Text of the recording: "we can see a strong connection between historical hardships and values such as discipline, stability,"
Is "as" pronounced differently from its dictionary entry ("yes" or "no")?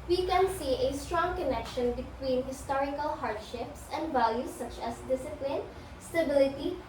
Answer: yes